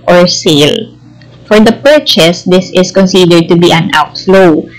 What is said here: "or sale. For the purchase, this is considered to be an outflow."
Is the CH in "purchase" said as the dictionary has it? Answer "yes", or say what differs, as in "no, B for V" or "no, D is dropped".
yes